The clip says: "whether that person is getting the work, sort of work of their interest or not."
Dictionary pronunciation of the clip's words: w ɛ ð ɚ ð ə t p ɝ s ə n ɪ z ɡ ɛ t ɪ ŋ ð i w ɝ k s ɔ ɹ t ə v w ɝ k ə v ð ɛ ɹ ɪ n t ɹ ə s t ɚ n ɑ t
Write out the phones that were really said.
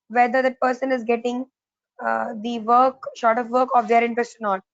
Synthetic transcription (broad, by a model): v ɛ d ɚ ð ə t p ɝ s ə n ɪ z ɡ ɛ t ɪ ŋ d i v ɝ k ʃ ɔ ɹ t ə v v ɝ k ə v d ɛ ɹ ɪ n t ɹ ə s t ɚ n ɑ t